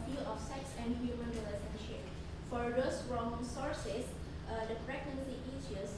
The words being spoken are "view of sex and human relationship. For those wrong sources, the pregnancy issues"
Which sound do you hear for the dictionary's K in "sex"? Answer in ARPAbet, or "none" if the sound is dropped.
K